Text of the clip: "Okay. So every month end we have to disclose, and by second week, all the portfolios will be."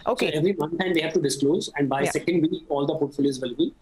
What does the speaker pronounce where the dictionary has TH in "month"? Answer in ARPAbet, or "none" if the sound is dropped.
T